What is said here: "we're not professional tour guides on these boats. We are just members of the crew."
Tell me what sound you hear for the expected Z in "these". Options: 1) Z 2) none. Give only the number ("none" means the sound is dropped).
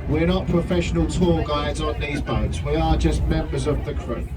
1